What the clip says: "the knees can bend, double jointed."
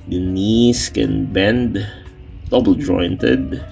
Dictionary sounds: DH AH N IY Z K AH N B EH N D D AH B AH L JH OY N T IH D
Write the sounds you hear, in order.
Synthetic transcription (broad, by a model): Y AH N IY S K AH N B EH N D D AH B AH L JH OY N T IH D